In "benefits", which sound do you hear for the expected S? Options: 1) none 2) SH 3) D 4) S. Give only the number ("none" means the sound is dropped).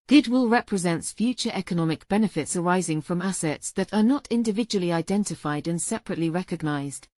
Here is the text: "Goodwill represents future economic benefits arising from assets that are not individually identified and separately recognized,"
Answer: 4